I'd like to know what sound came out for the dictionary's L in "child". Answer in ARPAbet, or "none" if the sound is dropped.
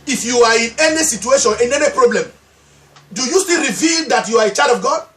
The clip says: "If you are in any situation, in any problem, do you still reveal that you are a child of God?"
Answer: none